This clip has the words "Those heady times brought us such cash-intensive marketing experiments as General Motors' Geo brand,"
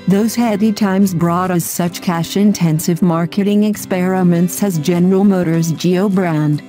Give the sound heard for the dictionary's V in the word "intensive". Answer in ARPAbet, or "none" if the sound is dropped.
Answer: V